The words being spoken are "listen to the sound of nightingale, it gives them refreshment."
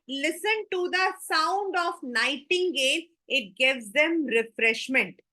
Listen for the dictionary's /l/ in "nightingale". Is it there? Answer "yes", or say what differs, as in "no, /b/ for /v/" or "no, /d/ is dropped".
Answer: no, /n/ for /l/